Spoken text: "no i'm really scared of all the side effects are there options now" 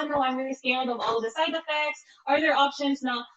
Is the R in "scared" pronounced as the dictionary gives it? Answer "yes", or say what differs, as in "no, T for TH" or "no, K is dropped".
no, L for R